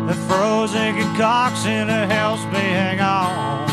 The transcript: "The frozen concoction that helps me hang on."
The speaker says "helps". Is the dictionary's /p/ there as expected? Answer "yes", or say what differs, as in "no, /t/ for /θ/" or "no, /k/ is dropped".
no, /p/ is dropped